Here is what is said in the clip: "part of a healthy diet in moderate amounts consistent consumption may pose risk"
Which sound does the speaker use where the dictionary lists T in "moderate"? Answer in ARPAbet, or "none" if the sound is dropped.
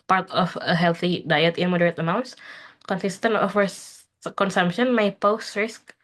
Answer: T